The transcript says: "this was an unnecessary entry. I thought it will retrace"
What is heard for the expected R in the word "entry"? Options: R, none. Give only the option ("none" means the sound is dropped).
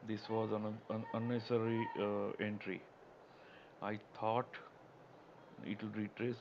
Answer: R